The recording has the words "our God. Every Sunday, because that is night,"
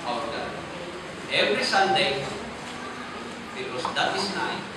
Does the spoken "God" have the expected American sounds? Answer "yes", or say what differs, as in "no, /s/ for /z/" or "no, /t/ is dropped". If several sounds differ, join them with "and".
no, /d/ is dropped